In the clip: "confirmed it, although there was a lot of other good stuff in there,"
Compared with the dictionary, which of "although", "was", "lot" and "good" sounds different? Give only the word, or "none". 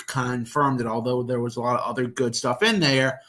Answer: none